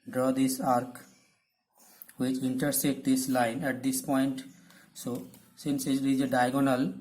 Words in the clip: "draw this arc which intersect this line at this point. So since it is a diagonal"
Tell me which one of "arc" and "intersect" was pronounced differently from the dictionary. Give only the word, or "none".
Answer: intersect